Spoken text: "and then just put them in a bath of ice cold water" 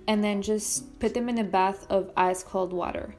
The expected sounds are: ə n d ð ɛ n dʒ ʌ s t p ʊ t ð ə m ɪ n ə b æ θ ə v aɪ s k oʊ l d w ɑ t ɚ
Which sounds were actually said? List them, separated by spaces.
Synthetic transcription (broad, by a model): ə n ð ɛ n dʒ ʌ s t p ʊ t ð ə m ɪ n ə b æ θ ə v aɪ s k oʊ l d w ɑ t ɚ